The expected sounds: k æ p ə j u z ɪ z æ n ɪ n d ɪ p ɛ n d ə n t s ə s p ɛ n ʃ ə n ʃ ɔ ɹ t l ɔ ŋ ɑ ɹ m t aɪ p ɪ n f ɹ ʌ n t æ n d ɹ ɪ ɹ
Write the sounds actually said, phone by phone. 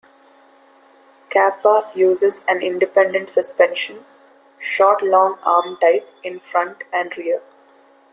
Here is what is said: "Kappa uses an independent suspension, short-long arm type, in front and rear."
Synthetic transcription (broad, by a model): k æ p ə j u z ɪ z æ n ɪ n d ɪ p ɛ n d ə n t s ə s p ɛ n ʃ ə n ʃ ɔ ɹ t l ɔ ŋ ɑ ɹ m t aɪ p ɪ n f ɹ ʌ n t æ n d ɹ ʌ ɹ